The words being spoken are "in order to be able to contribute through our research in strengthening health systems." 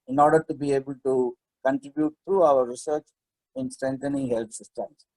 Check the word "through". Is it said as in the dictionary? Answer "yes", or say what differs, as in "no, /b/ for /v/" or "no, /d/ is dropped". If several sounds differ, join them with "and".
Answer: no, /t/ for /θ/